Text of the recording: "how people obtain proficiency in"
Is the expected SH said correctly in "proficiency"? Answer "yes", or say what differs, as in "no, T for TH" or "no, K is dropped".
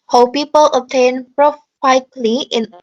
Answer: no, SH is dropped